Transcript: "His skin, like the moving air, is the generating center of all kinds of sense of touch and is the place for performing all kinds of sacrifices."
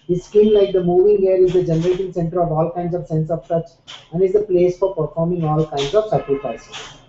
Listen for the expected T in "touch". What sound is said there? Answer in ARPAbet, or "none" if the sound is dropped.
S